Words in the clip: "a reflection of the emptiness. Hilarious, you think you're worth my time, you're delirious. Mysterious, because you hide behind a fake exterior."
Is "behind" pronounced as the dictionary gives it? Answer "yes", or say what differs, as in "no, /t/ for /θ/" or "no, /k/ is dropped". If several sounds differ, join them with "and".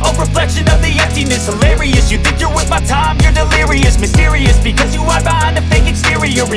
no, /d/ is dropped